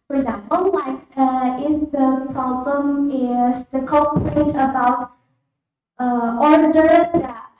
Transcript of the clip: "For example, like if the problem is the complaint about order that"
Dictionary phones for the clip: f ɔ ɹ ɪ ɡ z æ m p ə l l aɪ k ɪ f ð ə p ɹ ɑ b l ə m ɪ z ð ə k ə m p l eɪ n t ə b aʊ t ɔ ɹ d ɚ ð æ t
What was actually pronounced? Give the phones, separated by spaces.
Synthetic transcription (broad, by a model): f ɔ ɹ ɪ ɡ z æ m p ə l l aɪ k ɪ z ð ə p ɹ ɑ b l ə m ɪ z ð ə k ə p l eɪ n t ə b aʊ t ɔ ɹ d ɚ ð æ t